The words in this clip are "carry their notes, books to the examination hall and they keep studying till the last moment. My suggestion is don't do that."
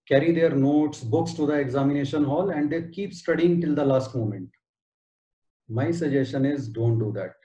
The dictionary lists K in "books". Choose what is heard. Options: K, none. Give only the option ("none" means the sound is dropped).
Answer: K